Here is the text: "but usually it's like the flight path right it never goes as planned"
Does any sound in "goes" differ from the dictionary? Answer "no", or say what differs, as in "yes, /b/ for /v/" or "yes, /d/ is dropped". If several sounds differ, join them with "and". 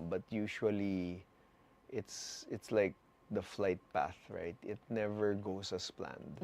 yes, /s/ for /z/